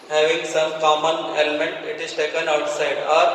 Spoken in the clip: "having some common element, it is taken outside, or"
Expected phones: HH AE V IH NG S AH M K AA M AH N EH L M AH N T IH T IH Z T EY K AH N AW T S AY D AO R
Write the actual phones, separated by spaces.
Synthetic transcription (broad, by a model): HH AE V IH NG S AH M K AA M AH N EH L M AH N T IH T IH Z T EY K AH N AW T S AY D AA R